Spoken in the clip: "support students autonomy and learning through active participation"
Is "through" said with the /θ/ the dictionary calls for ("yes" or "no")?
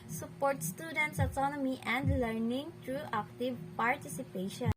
no